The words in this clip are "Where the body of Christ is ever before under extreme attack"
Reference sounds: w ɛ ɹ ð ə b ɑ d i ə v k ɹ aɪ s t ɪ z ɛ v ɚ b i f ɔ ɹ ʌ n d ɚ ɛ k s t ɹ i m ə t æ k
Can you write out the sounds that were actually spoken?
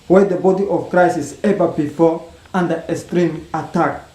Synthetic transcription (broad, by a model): w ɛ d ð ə b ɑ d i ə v k ɹ aɪ s ɪ s ɛ v ɚ b i f ɔ ɹ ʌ n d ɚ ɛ s t ɹ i m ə t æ k